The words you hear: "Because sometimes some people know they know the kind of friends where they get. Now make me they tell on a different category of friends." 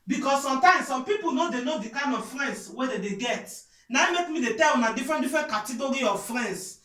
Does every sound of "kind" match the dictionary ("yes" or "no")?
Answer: no